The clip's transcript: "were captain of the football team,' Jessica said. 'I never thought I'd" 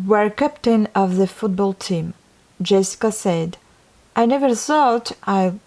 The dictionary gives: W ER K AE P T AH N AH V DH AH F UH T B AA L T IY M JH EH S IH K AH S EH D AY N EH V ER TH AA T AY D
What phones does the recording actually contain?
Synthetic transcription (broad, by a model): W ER K AE P T AH N AH V DH AH F UH T B AA L T IY M JH EH S IH K AH S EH D AY N EH V ER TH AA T AY